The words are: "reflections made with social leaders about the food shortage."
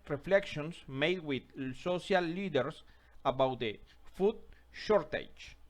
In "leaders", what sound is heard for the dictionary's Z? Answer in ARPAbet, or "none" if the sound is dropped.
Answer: S